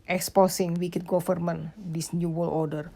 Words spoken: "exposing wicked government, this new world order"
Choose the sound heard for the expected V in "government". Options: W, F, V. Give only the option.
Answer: F